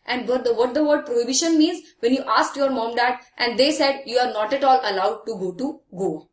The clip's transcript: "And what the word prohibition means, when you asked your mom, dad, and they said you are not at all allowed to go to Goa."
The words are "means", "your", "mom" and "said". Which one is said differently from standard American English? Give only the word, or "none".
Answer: none